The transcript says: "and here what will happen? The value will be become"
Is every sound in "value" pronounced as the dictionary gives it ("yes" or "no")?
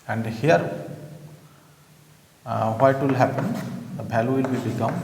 no